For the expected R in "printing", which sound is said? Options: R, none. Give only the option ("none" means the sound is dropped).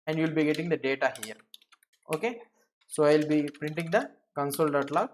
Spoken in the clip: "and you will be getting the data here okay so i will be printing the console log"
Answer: R